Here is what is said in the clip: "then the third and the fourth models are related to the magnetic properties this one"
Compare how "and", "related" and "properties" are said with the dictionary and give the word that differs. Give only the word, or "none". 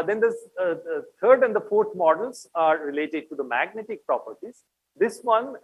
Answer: none